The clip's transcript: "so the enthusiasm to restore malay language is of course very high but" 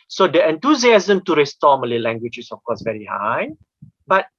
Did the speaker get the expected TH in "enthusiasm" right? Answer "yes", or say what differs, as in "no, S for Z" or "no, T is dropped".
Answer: no, T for TH